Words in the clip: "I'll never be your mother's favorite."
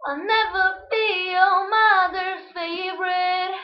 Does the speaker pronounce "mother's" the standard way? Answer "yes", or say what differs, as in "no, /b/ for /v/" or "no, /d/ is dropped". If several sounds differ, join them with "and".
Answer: no, /z/ is dropped